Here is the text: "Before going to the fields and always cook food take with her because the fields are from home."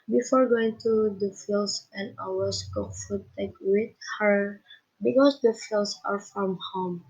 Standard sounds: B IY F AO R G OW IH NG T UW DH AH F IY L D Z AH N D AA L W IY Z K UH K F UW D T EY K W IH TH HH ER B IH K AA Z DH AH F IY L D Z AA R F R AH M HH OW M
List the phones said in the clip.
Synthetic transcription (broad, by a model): B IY F AO R G OW IH NG T UW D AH F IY L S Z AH N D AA W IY S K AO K F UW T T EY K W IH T HH ER B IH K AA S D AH F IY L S AA R F R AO M HH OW M